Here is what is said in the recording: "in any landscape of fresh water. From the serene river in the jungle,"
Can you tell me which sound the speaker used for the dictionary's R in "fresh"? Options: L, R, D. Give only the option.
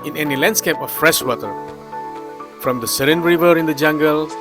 R